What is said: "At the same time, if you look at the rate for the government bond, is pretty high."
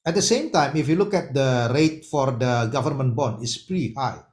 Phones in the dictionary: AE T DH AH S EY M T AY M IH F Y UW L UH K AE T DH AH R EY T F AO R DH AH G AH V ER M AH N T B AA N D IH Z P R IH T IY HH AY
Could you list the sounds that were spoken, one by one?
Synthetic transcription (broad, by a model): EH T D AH S EY M T AY M IH F Y UW L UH K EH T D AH R EY T F AO R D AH G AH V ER M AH N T B AA N D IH S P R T IY HH AY